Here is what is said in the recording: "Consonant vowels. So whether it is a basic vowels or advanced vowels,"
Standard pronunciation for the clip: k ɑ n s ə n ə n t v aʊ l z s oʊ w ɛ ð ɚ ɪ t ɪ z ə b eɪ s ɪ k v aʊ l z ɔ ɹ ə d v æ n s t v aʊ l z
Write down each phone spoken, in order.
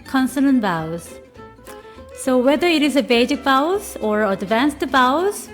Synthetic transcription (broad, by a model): k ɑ n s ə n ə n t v aʊ z s oʊ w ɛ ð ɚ ɪ t ɪ z ə b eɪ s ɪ k b aʊ z ɔ ɹ ə d v æ n s t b aʊ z